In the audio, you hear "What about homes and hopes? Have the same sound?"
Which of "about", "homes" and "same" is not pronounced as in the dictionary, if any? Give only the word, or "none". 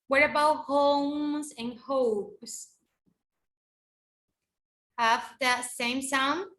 none